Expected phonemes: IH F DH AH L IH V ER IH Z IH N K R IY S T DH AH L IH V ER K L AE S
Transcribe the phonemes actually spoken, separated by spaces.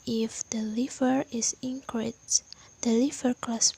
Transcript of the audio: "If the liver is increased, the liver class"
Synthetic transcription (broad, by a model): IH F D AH L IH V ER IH S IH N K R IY T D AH L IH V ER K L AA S